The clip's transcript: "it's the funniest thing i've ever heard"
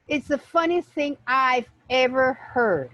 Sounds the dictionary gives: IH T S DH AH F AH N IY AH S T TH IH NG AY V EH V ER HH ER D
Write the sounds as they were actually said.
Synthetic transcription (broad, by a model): IH T S DH AH F AH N IY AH S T TH IH NG AY V EH V ER HH ER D